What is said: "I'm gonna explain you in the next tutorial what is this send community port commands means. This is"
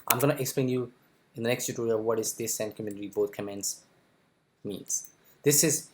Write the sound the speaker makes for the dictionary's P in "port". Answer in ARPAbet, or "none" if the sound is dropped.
B